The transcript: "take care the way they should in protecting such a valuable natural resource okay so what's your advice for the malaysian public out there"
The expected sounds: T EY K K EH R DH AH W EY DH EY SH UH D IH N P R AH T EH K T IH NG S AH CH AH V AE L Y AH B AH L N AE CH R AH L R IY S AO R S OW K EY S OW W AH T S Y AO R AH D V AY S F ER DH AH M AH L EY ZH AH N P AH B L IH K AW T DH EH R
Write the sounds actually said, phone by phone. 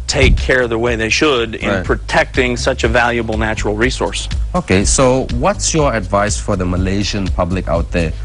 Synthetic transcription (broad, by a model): T EY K K EH R DH AH W EY DH EY SH UH D IH N P R AH T EH K T IH NG S AH CH AH V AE L Y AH B L N AE CH R L R IY S AO R S OW K EY S OW W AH T S Y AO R AH D V AY S F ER DH AH M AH L EY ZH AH N P AH B L IH K AW T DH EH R